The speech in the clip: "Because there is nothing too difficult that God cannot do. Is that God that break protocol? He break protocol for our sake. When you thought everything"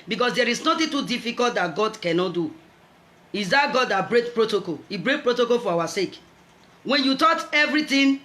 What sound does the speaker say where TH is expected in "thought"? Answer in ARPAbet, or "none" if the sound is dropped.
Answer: T